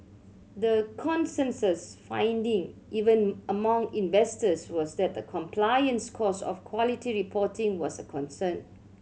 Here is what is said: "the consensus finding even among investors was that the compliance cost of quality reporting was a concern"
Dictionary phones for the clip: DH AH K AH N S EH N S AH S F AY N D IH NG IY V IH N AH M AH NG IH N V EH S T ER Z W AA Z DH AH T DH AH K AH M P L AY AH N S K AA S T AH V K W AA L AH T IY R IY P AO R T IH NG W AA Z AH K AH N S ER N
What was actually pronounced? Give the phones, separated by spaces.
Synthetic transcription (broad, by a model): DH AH K AH N S EH N S AH S F AY N D IH NG IY V IH N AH M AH NG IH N V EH S T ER S W AA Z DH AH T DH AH K AH M P L AY AH N S K AA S AH F K W AA L AH T IY R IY P AO T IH NG W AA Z AH K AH N S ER N